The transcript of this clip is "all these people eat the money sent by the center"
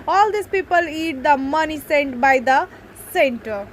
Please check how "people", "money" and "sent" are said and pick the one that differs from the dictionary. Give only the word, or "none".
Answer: none